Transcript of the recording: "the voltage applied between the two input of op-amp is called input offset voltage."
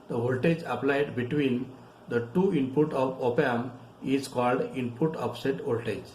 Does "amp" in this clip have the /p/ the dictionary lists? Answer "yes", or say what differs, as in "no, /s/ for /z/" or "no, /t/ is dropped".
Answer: no, /p/ is dropped